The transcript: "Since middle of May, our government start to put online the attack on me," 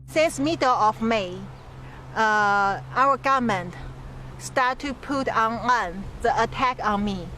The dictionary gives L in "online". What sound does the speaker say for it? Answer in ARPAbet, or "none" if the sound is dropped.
none